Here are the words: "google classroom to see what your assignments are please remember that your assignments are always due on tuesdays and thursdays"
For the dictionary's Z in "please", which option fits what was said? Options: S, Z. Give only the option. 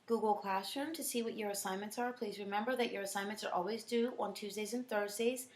Z